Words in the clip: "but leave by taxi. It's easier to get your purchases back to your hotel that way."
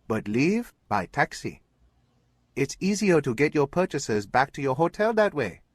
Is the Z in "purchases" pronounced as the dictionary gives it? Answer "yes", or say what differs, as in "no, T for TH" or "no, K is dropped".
yes